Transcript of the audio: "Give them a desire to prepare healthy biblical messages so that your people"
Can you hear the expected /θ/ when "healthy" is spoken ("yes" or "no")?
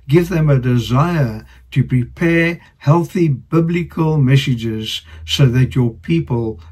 yes